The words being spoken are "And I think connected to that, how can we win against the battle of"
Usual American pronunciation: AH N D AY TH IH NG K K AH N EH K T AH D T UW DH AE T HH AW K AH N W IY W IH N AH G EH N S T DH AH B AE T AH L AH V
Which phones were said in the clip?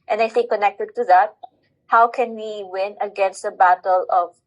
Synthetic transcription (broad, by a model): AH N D AY S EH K K AH N EH K T AH D T UW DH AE T HH AW K AH N W IY W IH N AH G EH N S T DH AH B AE T AH L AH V